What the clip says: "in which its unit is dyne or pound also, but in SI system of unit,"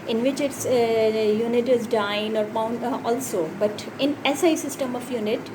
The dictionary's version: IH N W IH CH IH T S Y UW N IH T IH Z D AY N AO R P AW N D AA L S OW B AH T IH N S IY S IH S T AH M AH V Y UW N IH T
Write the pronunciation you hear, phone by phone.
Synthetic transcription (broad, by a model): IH N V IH CH IH T S Y UW N IH T IH Z D AY N AO R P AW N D AA L S OW B AH T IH N S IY S IH S T AH M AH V Y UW N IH T